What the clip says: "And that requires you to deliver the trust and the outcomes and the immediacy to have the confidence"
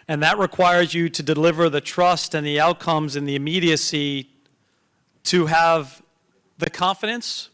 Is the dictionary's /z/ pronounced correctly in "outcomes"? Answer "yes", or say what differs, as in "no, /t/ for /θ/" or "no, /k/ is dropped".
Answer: yes